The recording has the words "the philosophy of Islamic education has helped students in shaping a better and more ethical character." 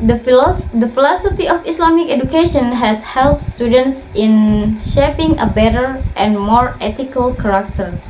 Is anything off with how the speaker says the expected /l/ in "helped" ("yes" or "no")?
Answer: no